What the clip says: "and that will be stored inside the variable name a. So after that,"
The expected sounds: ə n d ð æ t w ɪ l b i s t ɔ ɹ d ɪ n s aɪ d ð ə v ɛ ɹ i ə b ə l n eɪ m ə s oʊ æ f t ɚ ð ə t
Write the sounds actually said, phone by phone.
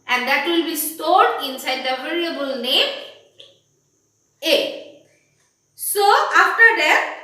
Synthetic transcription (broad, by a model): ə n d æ t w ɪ l b i s t ɔ ɹ d ɪ n s aɪ d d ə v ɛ l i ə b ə l n eɪ m ə s oʊ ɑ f t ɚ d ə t